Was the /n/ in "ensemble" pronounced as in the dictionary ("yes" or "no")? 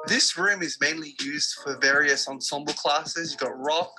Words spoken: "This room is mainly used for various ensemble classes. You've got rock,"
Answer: yes